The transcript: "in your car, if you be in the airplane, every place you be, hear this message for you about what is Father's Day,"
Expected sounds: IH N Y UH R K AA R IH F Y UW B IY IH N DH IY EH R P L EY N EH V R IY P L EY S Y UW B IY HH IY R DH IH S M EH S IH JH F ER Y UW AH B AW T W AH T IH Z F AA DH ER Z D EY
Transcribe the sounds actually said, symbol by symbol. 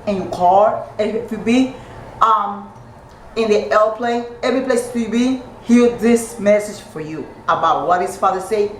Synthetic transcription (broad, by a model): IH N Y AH K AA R IH F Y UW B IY IH N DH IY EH L P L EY EH V R IY P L EY S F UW B IY HH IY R DH IH S M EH S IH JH F ER Y UW AH B AW T W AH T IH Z F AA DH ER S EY